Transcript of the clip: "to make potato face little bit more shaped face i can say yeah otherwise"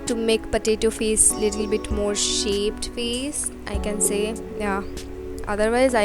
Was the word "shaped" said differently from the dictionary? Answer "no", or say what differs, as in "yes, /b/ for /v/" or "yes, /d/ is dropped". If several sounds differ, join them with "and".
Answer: no